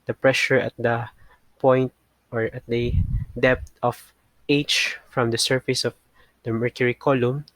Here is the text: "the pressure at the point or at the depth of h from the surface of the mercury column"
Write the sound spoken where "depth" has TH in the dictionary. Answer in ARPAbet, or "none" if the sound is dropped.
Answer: T